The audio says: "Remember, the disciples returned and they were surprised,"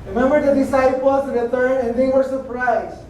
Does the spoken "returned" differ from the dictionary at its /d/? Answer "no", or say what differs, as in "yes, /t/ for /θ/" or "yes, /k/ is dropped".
yes, /d/ is dropped